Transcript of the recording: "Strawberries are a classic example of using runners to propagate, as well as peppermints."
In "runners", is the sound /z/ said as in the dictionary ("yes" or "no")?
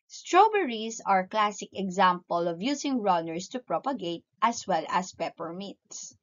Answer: no